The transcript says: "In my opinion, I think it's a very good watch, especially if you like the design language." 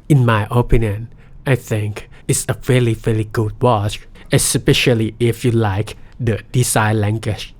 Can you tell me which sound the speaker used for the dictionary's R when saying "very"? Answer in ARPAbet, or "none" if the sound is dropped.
L